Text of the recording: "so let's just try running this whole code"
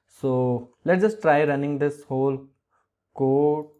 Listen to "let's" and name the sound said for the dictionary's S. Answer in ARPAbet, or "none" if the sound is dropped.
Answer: none